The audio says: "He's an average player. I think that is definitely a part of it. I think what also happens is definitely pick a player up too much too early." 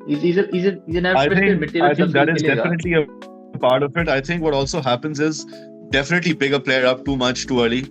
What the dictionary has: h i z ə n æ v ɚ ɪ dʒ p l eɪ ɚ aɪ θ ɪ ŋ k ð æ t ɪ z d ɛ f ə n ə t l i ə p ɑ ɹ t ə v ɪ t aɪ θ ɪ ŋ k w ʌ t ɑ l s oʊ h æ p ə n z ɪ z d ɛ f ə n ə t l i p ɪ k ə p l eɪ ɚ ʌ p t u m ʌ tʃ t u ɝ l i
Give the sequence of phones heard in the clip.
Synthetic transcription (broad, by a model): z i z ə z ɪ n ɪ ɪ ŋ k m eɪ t aɪ t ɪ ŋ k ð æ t ɪ z d ɛ f ə n ə t l i ə p ɑ ɹ t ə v ɪ t aɪ t ɪ ŋ k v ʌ t ɑ l s oʊ h æ p ə n z ɪ z d ɛ f ə n ə t l i b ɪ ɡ ə p l eɪ ɚ ʌ p t u m ʌ tʃ t u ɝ l i